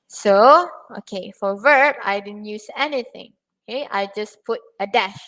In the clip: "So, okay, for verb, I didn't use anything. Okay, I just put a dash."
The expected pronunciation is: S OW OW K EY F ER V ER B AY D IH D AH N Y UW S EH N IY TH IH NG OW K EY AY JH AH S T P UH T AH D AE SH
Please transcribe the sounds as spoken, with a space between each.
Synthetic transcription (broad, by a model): S OW OW K EY F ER V ER B AY D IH D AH N Y UW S EH N IY TH IH NG OW K EY AY JH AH S P UH T AH D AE SH